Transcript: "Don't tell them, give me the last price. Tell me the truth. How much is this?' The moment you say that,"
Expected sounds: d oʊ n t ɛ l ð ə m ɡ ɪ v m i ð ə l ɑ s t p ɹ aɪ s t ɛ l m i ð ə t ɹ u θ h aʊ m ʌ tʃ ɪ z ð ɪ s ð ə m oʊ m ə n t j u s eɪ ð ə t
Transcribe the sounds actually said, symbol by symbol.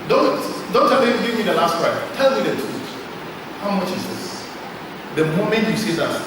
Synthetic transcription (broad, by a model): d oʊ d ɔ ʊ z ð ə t ɡ ɪ v m i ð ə l ɑ s t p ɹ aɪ t ɛ l m i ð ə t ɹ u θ h aʊ m ʌ tʃ ɪ z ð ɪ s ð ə m oʊ m ə n t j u s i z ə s